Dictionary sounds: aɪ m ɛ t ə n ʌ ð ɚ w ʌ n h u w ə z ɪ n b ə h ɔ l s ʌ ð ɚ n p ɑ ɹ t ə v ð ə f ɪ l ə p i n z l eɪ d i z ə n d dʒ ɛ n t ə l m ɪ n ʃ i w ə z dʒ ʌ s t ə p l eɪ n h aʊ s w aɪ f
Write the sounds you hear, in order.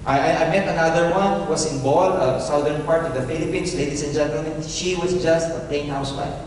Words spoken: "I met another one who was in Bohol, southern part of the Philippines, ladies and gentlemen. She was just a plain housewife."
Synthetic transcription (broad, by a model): aɪ m ɛ t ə n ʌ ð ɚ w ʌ n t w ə s ɪ n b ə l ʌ s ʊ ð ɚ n p ɑ ɹ t ə v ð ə f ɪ l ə p i n s l eɪ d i s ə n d dʒ ɛ n t ə l m ɪ n ʃ i w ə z dʒ ʌ s t ə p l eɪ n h aʊ s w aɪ